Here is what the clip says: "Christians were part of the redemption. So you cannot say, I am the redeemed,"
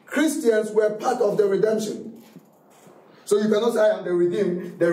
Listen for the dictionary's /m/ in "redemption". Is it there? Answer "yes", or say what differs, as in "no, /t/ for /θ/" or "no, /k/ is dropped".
yes